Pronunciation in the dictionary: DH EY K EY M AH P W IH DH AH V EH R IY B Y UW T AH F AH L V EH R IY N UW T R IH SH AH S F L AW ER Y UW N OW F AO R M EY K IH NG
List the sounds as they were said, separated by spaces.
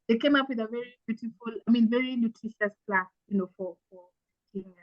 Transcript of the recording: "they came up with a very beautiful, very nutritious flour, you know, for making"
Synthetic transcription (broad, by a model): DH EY K EY M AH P W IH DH AH V EH R IY B Y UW T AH F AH L V EH R IY N UW T R IH SH AH S P L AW Y UW N OW F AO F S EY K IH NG